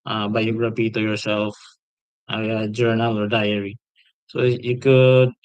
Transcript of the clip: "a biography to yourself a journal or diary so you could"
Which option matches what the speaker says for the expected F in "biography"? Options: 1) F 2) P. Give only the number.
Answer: 2